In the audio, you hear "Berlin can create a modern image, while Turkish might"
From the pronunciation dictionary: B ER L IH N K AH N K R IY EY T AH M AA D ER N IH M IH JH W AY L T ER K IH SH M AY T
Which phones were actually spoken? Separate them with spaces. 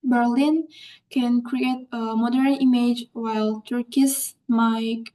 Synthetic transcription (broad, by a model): B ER L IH N K AH N K R IY EY T AH M AA D ER N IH M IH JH W AY L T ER K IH S M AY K